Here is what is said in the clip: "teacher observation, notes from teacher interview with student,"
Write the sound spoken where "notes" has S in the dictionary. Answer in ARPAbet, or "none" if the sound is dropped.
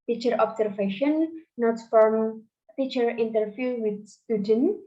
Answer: none